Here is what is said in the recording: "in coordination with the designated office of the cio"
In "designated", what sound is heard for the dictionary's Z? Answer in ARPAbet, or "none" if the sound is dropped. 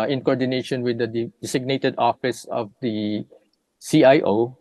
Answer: S